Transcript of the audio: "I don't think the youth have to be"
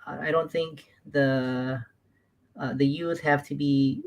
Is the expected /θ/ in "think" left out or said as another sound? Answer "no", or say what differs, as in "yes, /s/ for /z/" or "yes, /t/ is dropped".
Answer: no